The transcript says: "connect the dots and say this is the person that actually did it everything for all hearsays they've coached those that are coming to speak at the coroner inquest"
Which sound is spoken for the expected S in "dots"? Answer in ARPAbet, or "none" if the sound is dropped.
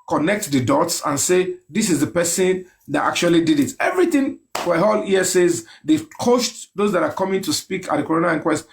S